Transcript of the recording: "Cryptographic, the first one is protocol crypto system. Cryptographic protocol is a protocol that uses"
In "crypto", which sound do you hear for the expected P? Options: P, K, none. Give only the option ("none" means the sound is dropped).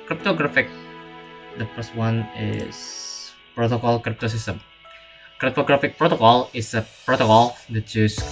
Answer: P